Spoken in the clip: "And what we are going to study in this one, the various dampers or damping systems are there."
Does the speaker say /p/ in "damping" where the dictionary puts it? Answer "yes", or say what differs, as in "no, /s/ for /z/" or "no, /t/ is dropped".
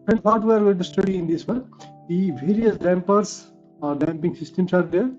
yes